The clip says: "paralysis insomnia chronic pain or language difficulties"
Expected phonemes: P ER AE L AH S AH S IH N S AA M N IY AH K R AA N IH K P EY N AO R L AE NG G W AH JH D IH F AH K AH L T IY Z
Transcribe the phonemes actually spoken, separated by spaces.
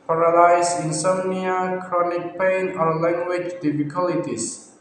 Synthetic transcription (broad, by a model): P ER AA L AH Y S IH N S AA N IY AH K R AA N IH K P EY N AO R L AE NG G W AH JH D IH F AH K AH L T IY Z